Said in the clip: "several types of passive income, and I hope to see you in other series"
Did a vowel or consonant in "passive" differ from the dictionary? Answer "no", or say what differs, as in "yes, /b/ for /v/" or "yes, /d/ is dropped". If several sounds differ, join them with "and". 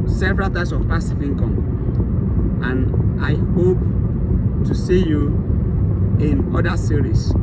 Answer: yes, /f/ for /v/